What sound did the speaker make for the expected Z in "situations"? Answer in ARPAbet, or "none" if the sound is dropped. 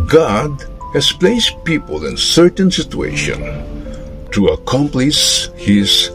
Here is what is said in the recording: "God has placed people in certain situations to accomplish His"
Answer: none